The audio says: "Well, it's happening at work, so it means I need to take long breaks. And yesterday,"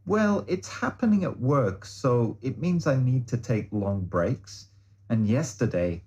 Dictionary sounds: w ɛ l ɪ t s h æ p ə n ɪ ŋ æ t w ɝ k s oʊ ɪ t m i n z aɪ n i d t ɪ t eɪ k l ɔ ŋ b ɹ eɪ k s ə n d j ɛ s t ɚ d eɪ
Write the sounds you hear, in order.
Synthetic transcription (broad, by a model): w ɛ l ɪ t s h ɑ p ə n ɪ ŋ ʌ t w ɝ k s oʊ ɪ t m i n z aɪ n i d t ɪ t eɪ k l ɔ ŋ b ɹ eɪ k s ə n j ɛ s t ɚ d eɪ